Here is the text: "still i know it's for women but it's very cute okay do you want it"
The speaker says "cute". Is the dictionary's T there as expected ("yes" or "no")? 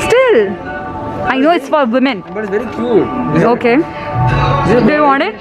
no